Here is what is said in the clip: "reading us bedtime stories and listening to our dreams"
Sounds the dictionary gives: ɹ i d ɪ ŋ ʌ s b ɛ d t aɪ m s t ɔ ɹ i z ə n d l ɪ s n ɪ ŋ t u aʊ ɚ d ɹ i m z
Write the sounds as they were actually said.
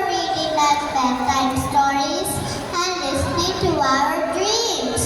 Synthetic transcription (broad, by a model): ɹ i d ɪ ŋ ʌ s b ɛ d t aɪ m s t ɔ ɹ i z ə n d l ɪ s n ɪ ŋ t u aʊ ɚ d ɹ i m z